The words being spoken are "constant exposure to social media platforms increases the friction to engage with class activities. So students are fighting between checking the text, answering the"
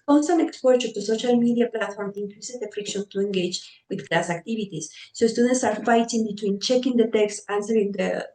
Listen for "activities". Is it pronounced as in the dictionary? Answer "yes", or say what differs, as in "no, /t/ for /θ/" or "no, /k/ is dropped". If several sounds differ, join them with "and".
no, /b/ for /v/